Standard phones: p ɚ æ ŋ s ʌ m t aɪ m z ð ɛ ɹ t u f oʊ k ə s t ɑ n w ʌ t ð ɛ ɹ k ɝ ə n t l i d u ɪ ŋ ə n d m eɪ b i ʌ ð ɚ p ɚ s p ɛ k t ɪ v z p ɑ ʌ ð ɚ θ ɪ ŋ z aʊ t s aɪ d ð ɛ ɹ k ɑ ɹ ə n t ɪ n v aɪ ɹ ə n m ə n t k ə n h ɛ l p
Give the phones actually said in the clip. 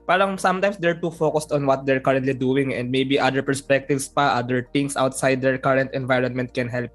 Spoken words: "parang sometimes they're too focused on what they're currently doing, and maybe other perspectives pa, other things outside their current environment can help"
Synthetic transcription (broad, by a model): p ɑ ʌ ŋ s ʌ m t aɪ m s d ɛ ɹ t u f oʊ k ə s t ɑ n w ʌ t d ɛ ɹ k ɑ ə n t l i d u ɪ ŋ ə n d m eɪ b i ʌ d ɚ p ɚ s p ɛ k t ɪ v s p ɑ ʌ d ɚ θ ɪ ŋ s aʊ t s aɪ d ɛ ɹ k ɑ ɹ ə n t ɪ n v aɪ ɹ ə n m ə n t k ə n h ɛ l p